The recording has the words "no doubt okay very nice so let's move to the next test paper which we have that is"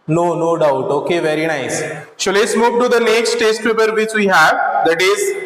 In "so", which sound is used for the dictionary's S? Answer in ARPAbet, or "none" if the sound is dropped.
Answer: SH